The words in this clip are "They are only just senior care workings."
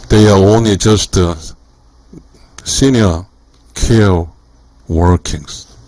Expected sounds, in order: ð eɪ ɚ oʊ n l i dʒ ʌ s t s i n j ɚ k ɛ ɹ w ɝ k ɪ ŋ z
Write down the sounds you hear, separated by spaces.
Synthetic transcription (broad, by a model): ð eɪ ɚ oʊ n l i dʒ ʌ s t s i n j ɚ k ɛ l w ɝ k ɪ ŋ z